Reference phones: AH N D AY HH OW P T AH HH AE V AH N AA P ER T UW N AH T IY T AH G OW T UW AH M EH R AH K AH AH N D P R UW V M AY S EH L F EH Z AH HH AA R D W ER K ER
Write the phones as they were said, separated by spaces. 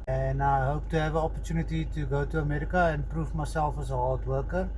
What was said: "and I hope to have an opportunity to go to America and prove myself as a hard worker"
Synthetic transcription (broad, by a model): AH N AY HH OW P T AH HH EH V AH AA P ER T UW N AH T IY T AH G OW T UW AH M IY R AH K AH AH N P R UW F M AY S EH L F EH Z AH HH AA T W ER K ER